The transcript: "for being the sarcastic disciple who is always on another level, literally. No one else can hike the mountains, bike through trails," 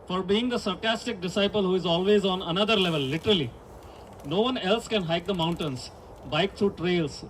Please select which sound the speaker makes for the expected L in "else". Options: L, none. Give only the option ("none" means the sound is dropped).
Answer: L